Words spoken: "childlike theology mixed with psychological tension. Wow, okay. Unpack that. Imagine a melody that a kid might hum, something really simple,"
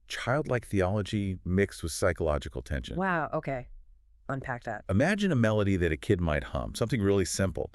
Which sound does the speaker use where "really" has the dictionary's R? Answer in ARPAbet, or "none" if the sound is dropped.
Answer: R